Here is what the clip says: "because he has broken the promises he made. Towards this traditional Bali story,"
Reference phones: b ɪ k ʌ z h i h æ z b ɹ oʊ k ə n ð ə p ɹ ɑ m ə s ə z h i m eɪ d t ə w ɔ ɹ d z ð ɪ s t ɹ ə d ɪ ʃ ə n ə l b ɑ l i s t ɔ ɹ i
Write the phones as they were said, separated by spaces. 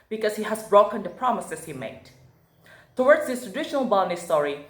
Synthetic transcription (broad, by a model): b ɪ k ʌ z h i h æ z b ɹ oʊ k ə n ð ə p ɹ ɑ m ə s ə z h i m eɪ d t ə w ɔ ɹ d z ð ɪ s t ɹ ə d ɪ ʃ ə n ə l b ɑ n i s t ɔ ɹ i